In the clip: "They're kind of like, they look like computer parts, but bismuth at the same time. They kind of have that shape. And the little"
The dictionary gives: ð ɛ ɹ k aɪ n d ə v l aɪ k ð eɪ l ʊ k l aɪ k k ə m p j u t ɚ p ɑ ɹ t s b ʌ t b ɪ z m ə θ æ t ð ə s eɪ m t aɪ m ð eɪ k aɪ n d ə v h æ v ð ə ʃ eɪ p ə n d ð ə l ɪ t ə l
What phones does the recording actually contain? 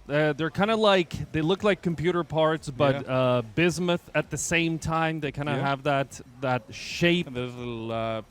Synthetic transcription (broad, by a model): ð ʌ ɹ k aɪ n d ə l aɪ k ð eɪ l ʊ k l aɪ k k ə m p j u t ɚ p ɑ ɹ t s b ʌ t b ɪ z m ə θ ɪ t ð ə s eɪ m t aɪ m ð eɪ k aɪ n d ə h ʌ v ð ə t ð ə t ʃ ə ɪ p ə